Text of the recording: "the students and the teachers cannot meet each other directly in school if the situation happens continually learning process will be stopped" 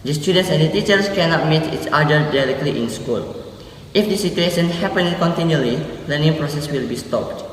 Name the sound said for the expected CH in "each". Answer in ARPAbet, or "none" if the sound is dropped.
S